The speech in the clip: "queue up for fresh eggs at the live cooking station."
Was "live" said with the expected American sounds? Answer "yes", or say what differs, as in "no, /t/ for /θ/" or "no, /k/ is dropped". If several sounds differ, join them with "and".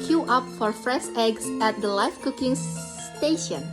no, /f/ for /v/